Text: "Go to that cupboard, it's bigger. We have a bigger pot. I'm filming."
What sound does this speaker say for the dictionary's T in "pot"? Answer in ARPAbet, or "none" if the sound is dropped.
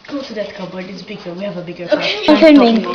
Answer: none